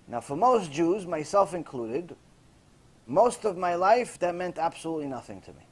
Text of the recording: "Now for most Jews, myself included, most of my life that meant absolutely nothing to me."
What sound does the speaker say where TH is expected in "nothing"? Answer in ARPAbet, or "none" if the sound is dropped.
TH